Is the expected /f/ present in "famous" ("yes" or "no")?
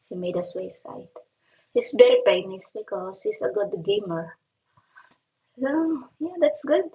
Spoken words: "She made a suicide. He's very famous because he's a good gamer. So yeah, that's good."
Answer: no